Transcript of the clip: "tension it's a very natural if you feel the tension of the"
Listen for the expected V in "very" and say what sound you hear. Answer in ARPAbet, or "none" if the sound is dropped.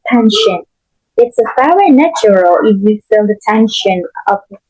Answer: F